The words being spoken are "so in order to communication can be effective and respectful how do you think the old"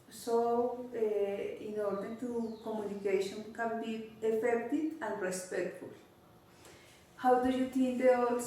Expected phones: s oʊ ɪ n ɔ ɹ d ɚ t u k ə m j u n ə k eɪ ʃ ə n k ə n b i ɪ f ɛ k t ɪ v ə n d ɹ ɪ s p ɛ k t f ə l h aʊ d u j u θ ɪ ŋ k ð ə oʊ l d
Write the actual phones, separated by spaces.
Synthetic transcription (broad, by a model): s oʊ ɪ n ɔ ɹ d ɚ t u k ə m j u n ə k eɪ ʃ ə n k ə n b i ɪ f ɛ k t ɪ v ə n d ɹ ɪ s p ɛ k t f ə l h aʊ d u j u t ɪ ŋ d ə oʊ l